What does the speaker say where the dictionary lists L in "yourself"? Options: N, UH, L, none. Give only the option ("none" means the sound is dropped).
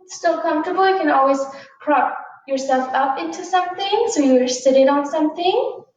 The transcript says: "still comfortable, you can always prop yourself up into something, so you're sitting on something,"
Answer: L